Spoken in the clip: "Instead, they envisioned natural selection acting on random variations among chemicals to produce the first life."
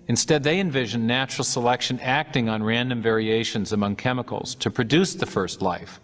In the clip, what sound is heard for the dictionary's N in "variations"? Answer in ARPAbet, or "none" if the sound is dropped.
N